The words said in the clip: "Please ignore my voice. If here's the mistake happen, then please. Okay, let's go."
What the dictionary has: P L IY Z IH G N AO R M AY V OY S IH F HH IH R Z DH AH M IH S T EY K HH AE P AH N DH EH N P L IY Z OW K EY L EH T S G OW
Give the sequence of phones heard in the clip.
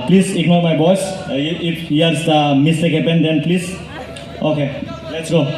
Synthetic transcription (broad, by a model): P L IY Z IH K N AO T M AY B OY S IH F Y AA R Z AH M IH S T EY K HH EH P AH N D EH N P L IY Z OW K EY L EH T S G OW